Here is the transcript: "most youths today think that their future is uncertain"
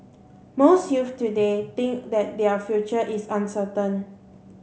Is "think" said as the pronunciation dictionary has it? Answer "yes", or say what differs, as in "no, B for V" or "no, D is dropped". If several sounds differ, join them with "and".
no, T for TH